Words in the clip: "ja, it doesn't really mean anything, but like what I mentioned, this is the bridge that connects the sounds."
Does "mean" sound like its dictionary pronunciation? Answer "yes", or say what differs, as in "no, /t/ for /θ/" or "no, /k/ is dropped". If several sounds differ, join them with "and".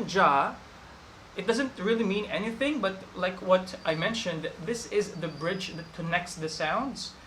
yes